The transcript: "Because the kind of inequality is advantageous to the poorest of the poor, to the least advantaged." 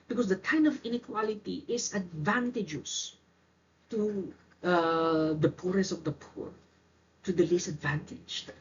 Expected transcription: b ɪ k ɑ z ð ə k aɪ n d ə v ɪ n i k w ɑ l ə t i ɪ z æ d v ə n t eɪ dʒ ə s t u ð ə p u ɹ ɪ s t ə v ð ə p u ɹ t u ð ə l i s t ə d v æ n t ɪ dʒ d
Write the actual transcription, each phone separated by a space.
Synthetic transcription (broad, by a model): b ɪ k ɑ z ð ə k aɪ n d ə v ɪ n i k w ɑ l ə t i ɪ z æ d v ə n t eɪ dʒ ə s t u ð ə p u ɹ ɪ s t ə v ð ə p u ɹ t u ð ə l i s ə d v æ n t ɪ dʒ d